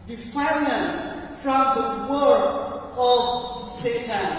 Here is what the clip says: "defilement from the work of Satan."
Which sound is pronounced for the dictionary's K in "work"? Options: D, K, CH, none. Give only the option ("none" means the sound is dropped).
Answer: none